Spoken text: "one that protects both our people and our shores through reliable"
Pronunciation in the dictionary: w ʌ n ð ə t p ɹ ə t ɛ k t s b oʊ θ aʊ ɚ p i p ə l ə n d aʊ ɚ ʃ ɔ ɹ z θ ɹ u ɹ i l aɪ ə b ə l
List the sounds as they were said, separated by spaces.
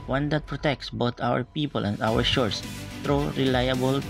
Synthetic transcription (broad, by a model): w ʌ n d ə t p ɹ ə t ɛ k t s b oʊ t aʊ ɚ p i p ə l ə n d aʊ ɚ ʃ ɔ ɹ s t ɹ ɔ ɹ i l aɪ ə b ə l